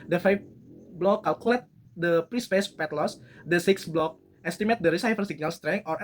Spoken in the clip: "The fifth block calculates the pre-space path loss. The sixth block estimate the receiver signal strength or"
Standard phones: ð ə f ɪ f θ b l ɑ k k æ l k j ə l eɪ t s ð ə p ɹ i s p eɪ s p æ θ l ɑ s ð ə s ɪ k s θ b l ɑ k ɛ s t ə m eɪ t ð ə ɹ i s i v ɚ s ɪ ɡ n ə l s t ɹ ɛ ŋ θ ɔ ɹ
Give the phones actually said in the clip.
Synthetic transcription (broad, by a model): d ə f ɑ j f b l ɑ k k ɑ l k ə l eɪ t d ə p ɹ i s p eɪ s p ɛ t l ɑ s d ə s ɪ k s b l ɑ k ɛ s t ə m eɪ t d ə ɹ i s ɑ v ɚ s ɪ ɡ n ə l s t ɹ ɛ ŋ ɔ ɹ